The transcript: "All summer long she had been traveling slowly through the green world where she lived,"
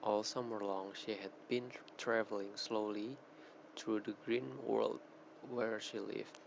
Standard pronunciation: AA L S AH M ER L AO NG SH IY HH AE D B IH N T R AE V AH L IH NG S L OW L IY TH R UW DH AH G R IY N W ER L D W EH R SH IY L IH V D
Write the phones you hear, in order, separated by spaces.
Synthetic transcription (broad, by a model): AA L S AH M ER L AO NG SH IY HH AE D B IH N T R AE V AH L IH NG S L OW L IY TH R UW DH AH G R IY N W ER L D W EH R SH IY L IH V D